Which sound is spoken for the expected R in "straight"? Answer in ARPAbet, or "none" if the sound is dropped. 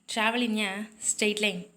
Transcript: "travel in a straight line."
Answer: none